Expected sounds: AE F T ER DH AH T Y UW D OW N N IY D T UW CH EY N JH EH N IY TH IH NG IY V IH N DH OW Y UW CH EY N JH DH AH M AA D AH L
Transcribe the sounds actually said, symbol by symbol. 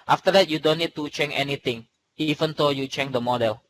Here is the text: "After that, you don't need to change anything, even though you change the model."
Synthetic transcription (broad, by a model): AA F T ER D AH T Y UW D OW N N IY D T UW CH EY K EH N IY T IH NG IY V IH N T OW Y UW CH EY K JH AH M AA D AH L